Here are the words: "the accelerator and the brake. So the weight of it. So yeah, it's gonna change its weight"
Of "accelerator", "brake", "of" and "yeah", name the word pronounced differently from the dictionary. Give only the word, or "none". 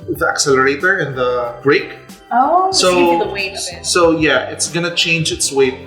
of